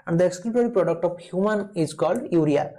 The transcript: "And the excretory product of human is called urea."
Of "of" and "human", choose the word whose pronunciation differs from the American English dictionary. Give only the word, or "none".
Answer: of